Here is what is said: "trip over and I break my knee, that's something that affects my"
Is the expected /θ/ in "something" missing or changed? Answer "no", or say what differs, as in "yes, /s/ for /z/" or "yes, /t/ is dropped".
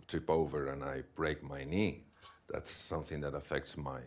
no